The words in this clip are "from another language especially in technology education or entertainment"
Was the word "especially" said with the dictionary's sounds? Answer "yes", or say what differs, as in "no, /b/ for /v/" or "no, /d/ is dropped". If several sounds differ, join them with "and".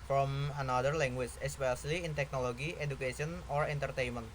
no, /s/ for /ʃ/